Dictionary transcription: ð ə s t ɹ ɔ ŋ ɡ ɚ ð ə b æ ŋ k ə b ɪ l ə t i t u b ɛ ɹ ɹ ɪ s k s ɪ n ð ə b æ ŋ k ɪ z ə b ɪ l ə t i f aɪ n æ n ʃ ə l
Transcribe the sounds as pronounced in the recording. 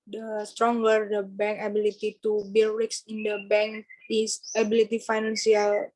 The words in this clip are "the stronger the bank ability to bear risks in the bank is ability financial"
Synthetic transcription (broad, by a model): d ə s t ɹ ɔ ŋ ɡ ɚ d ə b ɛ ŋ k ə b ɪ l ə t i t u b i l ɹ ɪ k s ɪ n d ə b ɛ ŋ k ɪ s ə b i l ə t i f aɪ n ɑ n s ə l